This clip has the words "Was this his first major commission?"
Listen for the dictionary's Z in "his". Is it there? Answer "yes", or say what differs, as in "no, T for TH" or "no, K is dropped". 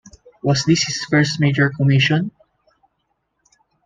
no, S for Z